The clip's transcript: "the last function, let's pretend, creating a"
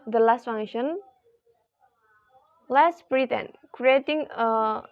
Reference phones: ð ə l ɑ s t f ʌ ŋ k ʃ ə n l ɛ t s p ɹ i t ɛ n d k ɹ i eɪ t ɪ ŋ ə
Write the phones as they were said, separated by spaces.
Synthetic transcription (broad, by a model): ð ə l ɑ s t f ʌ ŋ ʃ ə n l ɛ s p ɹ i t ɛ n k ɹ i eɪ t ɪ ŋ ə